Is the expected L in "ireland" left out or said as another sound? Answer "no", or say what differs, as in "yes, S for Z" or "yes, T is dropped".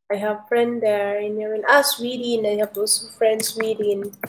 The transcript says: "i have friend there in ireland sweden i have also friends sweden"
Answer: yes, L is dropped